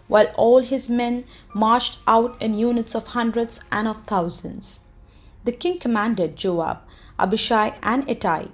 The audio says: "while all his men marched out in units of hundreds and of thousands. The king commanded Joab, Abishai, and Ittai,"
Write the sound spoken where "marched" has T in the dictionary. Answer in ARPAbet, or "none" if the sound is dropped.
T